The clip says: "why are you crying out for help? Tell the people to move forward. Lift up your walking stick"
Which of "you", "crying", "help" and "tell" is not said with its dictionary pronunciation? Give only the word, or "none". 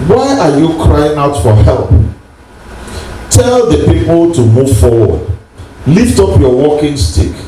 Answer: none